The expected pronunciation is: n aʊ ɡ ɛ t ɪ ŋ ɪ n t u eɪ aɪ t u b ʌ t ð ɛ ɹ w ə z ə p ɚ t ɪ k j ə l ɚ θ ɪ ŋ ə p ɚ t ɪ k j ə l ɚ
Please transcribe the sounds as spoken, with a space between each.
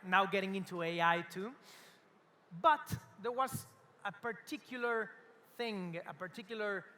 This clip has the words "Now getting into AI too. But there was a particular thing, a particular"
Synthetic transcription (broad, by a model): n aʊ ɡ ɛ t ɪ ŋ ɪ n t u eɪ aɪ t u b ʌ t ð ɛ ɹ w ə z ə p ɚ t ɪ k j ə l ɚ θ ɪ ŋ ə p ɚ t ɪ k j l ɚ